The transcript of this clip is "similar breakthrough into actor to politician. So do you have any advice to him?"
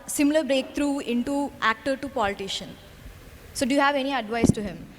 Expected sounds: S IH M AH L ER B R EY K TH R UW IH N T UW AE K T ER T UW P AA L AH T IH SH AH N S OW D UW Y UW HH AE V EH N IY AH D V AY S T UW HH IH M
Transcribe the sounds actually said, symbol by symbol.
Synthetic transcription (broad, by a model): S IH M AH L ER B R EY K T R UW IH N T UW AE K T ER T UW P AA L AH T IH SH AH N S OW D UW Y UW HH AE V EH N IY AH D V AY S T UW HH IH M